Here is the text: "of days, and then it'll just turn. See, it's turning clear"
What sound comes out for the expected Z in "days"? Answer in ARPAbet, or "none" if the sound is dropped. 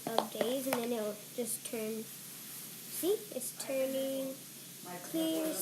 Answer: Z